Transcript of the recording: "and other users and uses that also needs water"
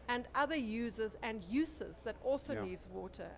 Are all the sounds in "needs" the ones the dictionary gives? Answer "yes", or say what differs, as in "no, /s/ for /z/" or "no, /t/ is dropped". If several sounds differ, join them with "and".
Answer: yes